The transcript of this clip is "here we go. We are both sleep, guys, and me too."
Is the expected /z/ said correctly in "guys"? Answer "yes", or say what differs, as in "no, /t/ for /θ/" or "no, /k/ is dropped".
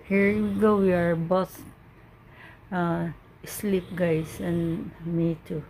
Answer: no, /s/ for /z/